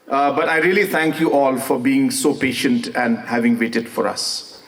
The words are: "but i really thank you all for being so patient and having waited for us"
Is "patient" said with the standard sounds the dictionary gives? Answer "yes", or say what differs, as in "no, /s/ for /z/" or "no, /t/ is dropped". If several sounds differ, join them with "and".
yes